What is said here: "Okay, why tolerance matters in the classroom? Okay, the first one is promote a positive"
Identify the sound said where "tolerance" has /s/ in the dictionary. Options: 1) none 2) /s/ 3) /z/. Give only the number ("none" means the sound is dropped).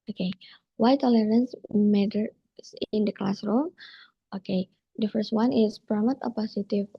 2